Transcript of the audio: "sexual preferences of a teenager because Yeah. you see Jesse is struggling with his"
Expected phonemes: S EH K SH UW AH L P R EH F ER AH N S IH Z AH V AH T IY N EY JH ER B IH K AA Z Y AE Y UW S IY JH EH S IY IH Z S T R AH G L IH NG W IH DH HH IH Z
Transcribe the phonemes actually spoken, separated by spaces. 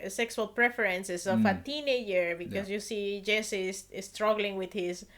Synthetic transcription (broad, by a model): S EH K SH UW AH L P R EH F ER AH N S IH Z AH F AH T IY N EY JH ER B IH K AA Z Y Y UW S IY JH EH S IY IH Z S T R AH G L IH NG W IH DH HH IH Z